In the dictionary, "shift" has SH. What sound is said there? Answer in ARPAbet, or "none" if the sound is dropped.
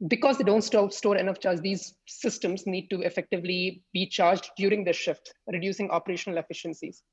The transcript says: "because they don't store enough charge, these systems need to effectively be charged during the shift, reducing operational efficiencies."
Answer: SH